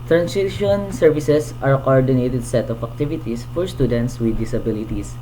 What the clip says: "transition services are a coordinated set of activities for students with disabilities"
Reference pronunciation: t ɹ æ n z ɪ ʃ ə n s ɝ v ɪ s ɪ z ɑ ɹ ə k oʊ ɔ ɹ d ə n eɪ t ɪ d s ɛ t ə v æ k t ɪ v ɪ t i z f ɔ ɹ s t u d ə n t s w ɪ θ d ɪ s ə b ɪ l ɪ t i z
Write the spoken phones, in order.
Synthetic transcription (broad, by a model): t ɹ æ n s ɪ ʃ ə n s ɝ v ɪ s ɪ s ɑ ɹ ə k oʊ ɔ ɹ d ə n eɪ t ɪ d s ɛ t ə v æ k t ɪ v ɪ t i s f ɔ ɹ s t u d ə n t s w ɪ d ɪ s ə b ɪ l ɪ t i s